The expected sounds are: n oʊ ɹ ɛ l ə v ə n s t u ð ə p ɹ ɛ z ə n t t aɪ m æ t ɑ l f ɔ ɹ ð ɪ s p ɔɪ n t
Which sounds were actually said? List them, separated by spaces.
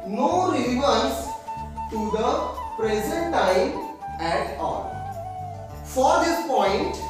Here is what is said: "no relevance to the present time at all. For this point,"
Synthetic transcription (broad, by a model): n oʊ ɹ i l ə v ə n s t u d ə p ɹ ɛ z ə n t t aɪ æ t ɑ l f ɔ ɹ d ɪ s p ɔɪ n t